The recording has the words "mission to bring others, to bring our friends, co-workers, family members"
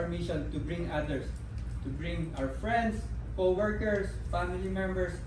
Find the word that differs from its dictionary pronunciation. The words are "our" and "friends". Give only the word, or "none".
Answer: friends